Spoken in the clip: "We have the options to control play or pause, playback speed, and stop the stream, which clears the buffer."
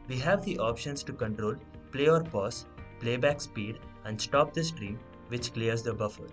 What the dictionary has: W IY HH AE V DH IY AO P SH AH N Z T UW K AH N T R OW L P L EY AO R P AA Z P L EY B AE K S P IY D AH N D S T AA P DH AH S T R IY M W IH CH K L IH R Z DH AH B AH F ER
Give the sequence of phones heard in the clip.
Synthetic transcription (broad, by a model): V IY HH AE V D IY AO P SH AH N S T UW K AH N T R OW L P L EY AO R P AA S P L EY B AE K S P IY D AH N D S T AA P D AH S T R IY M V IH CH K L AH R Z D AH B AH F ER